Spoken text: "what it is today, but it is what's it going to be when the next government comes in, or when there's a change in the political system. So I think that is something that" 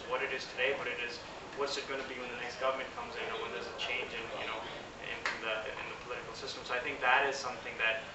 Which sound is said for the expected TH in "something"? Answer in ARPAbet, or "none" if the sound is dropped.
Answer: TH